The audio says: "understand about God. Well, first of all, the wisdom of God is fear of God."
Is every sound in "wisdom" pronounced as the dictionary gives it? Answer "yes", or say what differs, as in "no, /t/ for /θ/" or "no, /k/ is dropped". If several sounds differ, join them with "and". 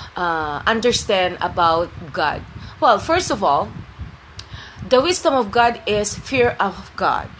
no, /s/ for /z/